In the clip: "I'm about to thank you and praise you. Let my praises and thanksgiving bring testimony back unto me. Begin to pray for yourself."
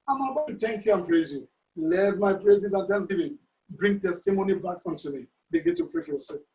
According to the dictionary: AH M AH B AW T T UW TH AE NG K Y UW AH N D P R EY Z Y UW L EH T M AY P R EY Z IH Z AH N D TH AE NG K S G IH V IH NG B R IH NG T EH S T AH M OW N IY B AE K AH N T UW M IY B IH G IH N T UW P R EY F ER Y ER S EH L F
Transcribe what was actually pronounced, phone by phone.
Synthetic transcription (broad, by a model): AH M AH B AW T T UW T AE NG K Y UW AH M P R EY Z Y UW L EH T M AY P R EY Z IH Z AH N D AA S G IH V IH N B R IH NG T EH S T AH M OW N IY B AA K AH N T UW M IY B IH G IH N T UW P R EY F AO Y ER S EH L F